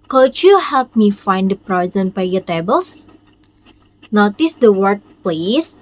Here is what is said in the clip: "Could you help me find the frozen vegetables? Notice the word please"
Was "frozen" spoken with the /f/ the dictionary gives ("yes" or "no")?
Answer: no